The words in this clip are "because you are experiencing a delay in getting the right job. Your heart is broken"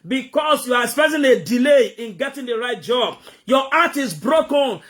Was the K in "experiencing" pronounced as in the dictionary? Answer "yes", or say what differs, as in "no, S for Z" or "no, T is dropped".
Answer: no, K is dropped